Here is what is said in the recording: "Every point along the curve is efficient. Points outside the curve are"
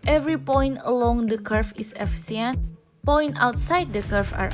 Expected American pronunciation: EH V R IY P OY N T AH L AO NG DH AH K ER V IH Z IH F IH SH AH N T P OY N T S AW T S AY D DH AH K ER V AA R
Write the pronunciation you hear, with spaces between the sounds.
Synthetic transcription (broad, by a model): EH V R IY P OY N T AH L AO NG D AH K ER F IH S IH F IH S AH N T P OY N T AW T S AY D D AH K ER F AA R